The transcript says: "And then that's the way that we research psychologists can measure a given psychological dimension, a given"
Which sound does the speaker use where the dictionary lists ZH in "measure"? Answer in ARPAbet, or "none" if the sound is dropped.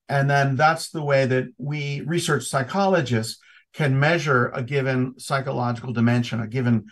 ZH